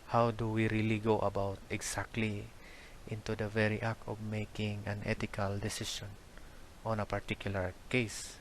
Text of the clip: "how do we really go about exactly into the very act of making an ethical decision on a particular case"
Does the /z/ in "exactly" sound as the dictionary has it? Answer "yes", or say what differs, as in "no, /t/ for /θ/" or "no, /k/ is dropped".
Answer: no, /s/ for /z/